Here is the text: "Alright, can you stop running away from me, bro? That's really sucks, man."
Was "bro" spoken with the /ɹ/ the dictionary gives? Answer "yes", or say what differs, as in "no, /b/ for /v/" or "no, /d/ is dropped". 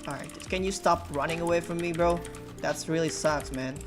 yes